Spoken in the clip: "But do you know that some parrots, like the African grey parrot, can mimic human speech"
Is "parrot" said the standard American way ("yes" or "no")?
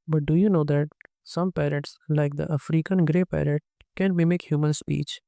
yes